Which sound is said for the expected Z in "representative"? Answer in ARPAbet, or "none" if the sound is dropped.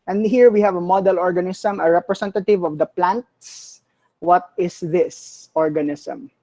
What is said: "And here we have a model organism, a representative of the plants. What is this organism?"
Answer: S